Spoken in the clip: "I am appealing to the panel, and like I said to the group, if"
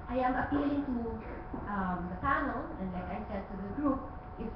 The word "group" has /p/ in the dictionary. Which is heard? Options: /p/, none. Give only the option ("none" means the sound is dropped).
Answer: /p/